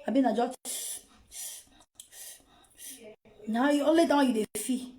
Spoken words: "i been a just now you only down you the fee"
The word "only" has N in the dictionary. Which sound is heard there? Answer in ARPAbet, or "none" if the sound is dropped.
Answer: none